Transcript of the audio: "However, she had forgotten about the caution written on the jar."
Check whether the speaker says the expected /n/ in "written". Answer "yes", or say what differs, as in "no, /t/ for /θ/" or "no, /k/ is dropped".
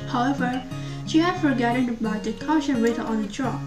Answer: no, /n/ is dropped